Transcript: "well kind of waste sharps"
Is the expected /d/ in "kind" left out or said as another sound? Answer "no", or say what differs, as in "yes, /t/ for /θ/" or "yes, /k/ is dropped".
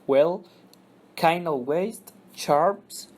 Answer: yes, /d/ is dropped